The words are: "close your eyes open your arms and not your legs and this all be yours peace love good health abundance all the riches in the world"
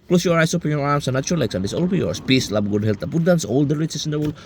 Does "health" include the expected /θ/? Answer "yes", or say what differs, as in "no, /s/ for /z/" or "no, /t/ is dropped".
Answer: no, /t/ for /θ/